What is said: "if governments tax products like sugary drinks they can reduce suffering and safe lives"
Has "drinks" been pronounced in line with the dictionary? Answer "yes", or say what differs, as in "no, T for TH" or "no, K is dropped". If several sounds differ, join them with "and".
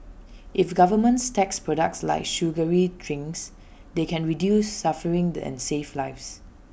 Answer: no, K is dropped